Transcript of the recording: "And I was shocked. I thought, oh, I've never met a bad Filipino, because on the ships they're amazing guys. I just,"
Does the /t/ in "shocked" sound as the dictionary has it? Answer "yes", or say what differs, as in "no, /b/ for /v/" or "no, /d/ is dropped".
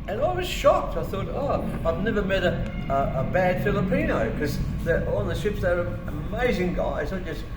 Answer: yes